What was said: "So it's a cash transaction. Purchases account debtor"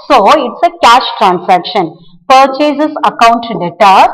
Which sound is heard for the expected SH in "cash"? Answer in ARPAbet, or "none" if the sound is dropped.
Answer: SH